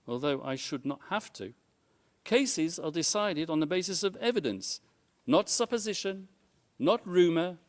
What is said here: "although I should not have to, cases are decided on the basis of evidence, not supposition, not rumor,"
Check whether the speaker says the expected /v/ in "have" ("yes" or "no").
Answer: no